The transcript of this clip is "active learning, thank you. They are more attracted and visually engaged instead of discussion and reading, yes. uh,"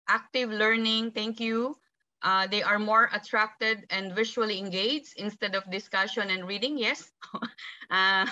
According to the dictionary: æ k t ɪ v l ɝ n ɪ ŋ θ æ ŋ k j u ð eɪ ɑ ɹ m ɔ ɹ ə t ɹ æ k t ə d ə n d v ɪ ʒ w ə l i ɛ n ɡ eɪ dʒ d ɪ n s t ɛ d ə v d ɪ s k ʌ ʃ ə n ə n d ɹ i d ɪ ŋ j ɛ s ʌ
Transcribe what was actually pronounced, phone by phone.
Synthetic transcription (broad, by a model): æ k t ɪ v l ɝ n ɪ ŋ t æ ŋ k j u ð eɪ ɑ ɹ m ɔ ɹ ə t ɹ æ k t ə d ə n d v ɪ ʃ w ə l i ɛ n ɡ eɪ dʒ ɪ n s t ɛ d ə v d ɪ s k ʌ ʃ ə n ə n d ɹ i d ɪ ŋ j ɛ s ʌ